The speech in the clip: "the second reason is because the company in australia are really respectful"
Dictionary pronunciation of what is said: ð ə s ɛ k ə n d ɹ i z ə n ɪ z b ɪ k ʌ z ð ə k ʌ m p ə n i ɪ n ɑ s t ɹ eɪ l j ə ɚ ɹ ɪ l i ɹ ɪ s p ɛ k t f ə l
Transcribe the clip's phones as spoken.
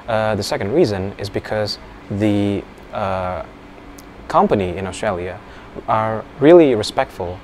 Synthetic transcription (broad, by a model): ð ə s ɛ k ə n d ɹ i z ə n ɪ z b ɪ k ʌ z ð ə k ʌ m p ə n i ɪ n ɑ s t ɹ eɪ l j ə ɚ ɹ ɪ l i ɹ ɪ s p ɛ k t f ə l